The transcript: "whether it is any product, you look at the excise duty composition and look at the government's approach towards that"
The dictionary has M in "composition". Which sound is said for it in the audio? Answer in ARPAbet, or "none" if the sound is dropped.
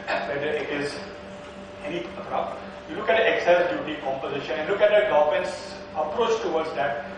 M